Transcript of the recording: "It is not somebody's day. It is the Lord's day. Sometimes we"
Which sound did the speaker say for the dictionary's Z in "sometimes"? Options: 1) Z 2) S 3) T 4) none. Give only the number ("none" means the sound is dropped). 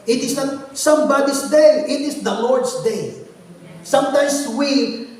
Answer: 2